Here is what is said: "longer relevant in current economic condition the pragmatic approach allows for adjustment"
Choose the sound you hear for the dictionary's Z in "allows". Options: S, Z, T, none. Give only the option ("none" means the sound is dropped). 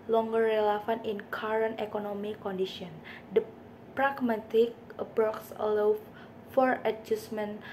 none